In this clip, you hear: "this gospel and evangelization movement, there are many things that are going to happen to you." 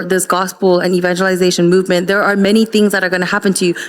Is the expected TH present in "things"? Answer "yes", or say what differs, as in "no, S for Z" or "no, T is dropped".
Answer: yes